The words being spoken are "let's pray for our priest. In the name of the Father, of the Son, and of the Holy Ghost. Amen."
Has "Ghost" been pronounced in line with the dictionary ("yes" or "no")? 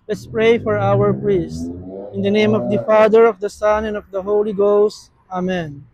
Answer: yes